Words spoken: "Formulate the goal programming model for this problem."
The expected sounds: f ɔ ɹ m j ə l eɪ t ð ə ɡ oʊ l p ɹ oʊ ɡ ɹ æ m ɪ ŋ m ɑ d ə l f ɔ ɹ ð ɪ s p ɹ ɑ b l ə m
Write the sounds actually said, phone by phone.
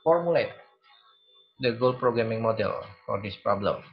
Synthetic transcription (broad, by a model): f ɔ ɹ m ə l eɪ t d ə ɡ oʊ l p ɹ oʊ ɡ ɹ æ m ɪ ŋ m ɑ d ə l f ɔ ɹ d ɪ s p ɹ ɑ b l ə m